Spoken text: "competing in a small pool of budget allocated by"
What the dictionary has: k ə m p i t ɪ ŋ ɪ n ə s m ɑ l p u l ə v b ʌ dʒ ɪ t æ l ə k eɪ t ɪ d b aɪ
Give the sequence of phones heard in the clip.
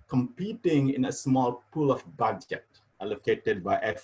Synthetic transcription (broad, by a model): k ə m p i t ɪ ŋ ɪ n ə s m ɑ l p u l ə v b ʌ dʒ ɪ t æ l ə k eɪ t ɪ d b aɪ